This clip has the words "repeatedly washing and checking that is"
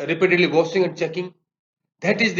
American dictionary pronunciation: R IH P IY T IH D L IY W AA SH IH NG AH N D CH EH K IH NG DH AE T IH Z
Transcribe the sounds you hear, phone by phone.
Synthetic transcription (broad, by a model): R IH P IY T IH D L IY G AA S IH NG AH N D CH EH K IH NG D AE T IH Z